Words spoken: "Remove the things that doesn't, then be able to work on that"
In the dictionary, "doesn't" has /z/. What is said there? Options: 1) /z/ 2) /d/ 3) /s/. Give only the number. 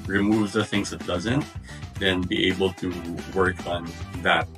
1